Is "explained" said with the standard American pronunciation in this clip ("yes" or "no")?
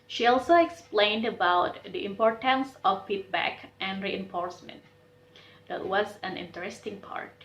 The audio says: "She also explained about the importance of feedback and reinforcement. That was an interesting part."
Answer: yes